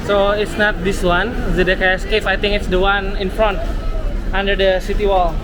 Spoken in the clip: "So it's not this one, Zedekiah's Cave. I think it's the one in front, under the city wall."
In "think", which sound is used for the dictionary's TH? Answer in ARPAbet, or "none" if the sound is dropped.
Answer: T